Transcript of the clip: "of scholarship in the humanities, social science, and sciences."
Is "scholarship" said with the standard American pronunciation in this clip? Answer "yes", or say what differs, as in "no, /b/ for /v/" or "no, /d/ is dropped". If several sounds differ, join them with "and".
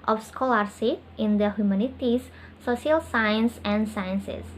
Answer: no, /s/ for /ʃ/ and /p/ is dropped